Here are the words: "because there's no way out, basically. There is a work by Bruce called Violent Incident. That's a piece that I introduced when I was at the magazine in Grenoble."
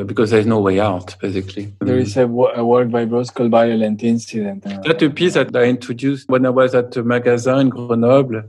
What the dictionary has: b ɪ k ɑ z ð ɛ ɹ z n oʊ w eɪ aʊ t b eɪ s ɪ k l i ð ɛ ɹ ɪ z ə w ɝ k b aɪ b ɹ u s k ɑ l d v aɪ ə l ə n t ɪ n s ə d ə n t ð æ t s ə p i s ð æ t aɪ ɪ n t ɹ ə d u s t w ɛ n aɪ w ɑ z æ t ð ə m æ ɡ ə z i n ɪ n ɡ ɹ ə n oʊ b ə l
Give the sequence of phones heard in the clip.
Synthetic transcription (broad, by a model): b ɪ k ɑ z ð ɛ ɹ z n oʊ w eɪ aʊ t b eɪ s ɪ k l i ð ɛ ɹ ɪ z ə w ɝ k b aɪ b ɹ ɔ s k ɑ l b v aɪ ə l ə n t ɪ n s ə d ə n t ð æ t ə p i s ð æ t aɪ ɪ n t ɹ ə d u s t w ɛ n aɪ w ɑ z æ t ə m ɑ ɡ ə z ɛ ɪ n ɡ ɹ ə n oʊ b l